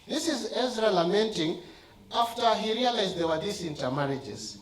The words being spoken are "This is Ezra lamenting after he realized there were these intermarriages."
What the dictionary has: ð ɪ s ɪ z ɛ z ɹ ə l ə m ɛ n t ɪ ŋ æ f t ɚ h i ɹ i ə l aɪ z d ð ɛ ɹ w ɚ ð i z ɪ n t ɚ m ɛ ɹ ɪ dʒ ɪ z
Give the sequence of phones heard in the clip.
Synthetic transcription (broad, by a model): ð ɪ s ɪ z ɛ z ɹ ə l ə m ɛ n t ɪ ŋ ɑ f t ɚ h i ɹ i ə l aɪ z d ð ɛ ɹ w ɚ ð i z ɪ n t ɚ m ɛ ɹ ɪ dʒ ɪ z